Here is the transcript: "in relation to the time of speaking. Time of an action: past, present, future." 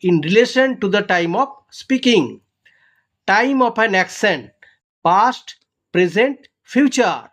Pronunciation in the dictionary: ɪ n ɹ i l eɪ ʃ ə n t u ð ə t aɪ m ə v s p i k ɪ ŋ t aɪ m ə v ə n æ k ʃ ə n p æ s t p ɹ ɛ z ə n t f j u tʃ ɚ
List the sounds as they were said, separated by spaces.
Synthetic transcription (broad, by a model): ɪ n ɹ i l eɪ ʃ ə n t u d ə t aɪ m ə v s p i k ɪ ŋ t aɪ m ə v ə n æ k s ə n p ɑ s t p ɹ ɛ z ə n t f j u tʃ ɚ